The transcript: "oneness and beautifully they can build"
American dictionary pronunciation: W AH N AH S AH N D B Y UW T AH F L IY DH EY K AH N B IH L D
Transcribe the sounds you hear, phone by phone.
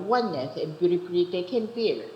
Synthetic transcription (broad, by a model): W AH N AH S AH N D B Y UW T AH P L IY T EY K AH N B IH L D